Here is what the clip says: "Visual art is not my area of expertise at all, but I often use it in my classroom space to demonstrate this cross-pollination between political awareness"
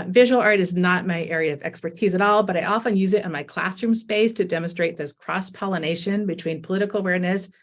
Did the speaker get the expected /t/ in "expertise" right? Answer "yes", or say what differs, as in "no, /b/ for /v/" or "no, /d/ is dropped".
yes